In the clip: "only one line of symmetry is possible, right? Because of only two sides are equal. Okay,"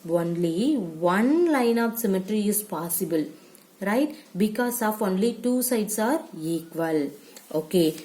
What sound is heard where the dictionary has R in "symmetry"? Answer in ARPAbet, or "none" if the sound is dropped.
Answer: R